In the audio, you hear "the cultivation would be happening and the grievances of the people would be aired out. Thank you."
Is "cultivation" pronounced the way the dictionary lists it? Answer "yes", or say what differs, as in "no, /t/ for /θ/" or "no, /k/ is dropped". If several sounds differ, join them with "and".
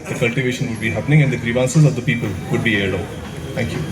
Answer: yes